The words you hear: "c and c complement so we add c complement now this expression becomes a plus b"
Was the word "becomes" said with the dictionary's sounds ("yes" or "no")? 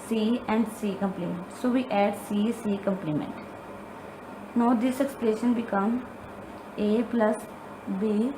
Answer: no